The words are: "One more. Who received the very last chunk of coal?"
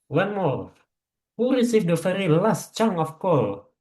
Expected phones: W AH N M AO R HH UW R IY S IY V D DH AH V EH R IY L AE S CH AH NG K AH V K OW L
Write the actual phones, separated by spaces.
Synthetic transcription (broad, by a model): W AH N M AO R HH UW R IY S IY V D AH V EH R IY L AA S CH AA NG AH F K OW L